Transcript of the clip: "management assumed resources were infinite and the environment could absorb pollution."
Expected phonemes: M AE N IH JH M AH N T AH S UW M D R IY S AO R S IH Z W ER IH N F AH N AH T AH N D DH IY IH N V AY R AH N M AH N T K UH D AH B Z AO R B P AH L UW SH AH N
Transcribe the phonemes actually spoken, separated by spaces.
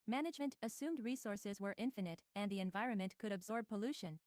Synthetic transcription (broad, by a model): M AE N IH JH M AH N T AH S UW M D R IY S AO R S IH Z W ER IH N F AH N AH T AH N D DH IY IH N V AY R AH N M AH N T K UH D AH B Z AO R B P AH L UW SH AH N